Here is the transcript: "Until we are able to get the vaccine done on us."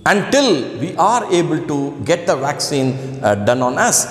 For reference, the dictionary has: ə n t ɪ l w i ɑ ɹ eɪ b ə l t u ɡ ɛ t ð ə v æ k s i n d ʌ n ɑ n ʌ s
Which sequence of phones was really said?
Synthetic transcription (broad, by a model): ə n t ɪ l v i ɑ ɹ eɪ b ə l t u ɡ ɛ t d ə v æ k s i n d ʌ n ɑ n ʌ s